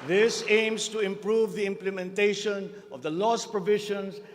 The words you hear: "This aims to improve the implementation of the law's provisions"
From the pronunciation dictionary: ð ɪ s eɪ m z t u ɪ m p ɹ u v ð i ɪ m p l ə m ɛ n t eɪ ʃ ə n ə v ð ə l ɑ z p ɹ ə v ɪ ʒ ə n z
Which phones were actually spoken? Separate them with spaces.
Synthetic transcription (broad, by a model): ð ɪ s eɪ m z t u ɪ m p ɹ u v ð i ɪ m p l ə m ɛ n t eɪ ʃ ə n ə v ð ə l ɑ s p ɹ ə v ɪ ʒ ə n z